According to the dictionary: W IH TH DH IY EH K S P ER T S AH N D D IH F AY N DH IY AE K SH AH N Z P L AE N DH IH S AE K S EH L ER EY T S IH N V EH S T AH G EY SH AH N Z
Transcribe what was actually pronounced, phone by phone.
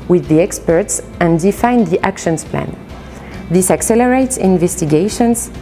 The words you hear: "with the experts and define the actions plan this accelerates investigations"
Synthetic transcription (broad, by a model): W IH DH IY EH K S P ER T S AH N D D IH F AY N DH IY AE K SH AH N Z P L AE N DH IH S AE K S EH L ER EY T S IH N V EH S T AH G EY SH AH N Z